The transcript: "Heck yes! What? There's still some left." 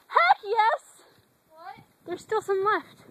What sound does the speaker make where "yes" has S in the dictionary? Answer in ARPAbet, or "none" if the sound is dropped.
S